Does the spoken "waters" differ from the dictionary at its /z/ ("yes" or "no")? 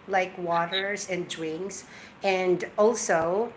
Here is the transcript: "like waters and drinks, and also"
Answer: no